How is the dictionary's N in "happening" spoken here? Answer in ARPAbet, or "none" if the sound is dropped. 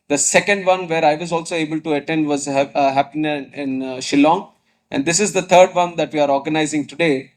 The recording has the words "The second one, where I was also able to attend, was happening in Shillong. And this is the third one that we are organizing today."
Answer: none